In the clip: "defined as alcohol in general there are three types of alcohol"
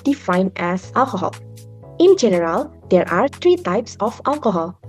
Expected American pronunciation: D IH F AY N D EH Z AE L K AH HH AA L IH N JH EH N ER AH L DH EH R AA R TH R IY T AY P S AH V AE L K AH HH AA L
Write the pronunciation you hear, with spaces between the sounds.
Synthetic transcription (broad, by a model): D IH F AY N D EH S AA L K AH HH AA L IH N JH EH N ER AH L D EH R AA R T R IY T AY P S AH F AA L K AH HH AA L